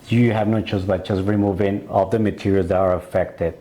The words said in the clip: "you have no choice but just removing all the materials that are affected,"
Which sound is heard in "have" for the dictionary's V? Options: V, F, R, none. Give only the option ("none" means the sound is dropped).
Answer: V